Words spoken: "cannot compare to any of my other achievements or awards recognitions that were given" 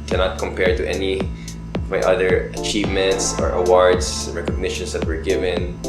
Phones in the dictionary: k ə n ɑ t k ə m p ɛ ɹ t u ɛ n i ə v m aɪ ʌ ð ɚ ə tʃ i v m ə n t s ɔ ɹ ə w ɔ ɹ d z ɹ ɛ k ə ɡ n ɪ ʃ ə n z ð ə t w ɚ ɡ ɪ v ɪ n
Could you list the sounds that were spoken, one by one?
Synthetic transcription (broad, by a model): k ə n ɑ t k ə m p ɛ ɹ t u ɛ n i ə v m aɪ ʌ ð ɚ ə tʃ i v m ə n t s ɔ ɹ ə w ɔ ɹ d s ɹ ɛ k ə ɡ n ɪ ʃ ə n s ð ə t w ɚ ɡ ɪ v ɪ n